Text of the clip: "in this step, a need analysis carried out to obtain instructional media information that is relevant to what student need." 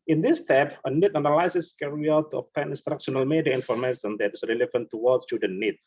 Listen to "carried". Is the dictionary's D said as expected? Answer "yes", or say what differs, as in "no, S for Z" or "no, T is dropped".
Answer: no, D is dropped